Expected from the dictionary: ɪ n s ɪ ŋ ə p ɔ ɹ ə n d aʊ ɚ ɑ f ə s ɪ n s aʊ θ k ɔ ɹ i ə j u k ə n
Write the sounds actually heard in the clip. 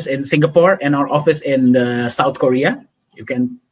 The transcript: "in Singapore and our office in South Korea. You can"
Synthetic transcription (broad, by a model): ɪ n s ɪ ŋ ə p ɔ ɹ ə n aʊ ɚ ɑ f ə s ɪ n s aʊ t k ɔ ɹ i ə j u k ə n